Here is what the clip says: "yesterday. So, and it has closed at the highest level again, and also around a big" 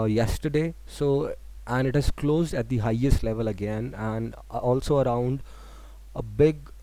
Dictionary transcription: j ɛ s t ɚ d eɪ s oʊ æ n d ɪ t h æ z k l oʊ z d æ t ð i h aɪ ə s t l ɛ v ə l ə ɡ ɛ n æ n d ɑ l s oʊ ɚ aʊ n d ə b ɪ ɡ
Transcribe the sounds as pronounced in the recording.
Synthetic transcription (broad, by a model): j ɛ s t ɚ d eɪ s oʊ æ n d ɪ t h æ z k l oʊ z d æ t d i h aɪ ə s t l ɛ v ə l ə ɡ ɛ n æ n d ɑ l s oʊ ɚ aʊ n d ə b ɪ ɡ